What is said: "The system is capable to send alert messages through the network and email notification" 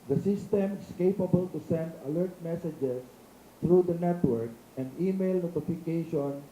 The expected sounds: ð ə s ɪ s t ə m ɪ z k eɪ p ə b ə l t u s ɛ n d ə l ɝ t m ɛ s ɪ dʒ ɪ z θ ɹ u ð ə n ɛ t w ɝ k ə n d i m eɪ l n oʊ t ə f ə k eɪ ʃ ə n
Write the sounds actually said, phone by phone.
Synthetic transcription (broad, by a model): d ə s ɪ s t ə m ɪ s k eɪ p ə b ə l t u s ɛ n d ə l ɝ t m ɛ s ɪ dʒ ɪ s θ ɹ u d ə n ɛ t w ɝ k ə n d i m eɪ l n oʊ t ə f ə k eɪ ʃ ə n